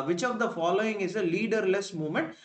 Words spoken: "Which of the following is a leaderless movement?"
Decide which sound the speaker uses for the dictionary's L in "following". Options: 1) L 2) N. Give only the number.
1